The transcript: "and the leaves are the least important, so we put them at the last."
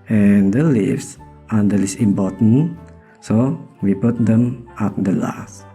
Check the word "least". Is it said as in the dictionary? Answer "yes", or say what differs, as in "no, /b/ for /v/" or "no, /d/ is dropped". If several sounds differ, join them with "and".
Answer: no, /t/ is dropped